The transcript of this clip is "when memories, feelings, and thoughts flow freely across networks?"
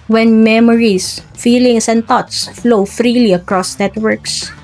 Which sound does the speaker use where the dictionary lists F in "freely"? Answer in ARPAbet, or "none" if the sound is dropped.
F